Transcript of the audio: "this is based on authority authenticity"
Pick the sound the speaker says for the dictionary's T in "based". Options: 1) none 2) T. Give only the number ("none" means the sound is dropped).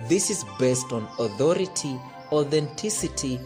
2